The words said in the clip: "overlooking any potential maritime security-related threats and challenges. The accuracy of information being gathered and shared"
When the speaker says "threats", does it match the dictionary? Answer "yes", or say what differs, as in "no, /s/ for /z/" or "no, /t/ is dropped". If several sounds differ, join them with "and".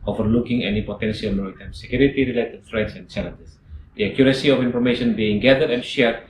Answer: no, /f/ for /θ/